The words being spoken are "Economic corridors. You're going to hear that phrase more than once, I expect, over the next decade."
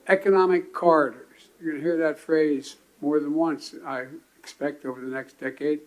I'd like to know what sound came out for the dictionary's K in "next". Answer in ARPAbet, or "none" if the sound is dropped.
K